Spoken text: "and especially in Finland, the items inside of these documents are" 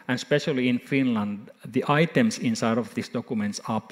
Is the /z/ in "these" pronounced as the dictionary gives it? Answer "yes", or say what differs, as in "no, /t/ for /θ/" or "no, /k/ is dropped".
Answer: no, /s/ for /z/